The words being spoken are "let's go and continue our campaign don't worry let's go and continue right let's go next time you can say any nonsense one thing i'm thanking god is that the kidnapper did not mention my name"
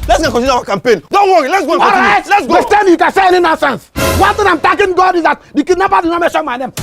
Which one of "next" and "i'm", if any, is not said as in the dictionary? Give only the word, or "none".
next